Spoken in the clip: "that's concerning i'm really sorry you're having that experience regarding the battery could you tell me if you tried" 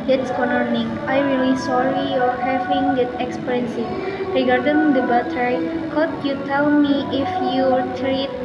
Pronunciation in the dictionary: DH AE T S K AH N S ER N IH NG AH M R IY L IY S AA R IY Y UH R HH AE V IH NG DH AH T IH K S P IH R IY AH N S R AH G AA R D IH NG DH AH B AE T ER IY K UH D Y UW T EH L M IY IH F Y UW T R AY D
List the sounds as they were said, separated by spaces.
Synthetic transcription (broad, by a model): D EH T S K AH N ER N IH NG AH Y R IY L IY S AA R IY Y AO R HH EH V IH NG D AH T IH K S P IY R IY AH N S R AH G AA R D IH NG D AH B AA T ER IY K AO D Y UW T EH L M IY IH F Y UW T R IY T